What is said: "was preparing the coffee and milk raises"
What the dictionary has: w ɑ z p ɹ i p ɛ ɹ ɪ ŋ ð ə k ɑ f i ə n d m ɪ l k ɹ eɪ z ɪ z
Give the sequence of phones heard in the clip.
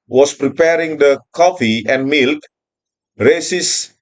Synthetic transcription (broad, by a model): w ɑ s p ɹ i p ɛ ɹ ɪ ŋ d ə k ɑ f i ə n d m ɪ l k ɹ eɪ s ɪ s